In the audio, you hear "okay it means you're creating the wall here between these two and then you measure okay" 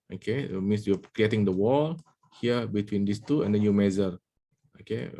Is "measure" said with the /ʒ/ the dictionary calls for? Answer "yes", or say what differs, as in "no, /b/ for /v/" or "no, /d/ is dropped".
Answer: no, /z/ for /ʒ/